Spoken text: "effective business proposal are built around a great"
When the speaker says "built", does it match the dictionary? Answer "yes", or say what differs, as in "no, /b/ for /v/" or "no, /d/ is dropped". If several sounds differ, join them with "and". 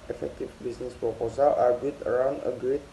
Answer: no, /l/ is dropped